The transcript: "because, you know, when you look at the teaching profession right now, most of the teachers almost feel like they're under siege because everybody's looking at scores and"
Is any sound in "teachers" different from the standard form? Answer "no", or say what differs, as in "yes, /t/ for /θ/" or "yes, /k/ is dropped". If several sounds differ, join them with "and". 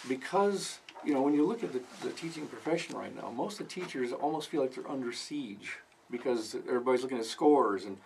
no